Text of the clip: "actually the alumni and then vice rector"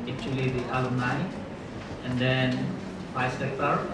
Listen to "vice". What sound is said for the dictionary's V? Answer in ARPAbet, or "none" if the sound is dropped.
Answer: F